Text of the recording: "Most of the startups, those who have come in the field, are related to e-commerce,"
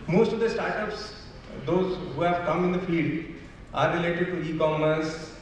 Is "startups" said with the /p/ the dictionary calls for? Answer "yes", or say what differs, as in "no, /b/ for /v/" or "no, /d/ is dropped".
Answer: yes